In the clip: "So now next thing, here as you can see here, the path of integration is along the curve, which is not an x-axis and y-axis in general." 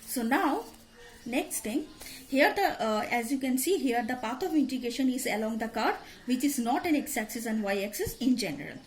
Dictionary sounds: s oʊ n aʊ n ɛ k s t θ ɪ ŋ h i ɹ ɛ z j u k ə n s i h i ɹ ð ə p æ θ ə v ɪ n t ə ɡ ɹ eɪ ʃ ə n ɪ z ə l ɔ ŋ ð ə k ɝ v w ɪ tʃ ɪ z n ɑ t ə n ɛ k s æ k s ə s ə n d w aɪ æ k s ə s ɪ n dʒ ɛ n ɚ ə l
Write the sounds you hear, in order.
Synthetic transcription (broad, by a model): s oʊ n aʊ n ɛ k s t t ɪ ŋ h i ɹ ɛ z j u k ə n s i h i ɹ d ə p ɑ t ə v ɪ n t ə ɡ eɪ ʃ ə n ɪ z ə l ɔ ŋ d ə k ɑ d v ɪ tʃ ɪ z n ɑ t ə n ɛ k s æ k s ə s ə n d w aɪ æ k s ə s ɪ n dʒ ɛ n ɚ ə l